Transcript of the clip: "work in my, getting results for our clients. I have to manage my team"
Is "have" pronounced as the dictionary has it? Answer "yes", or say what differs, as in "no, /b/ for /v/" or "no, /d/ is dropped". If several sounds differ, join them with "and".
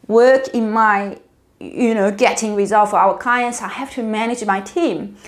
no, /f/ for /v/